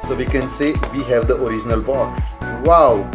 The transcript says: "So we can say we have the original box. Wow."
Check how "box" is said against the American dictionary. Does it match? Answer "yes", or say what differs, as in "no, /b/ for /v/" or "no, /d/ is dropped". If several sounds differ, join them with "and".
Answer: yes